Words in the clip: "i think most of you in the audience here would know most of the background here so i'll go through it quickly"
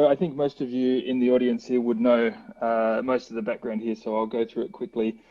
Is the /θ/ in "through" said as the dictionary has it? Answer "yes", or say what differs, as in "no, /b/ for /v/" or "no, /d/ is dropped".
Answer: yes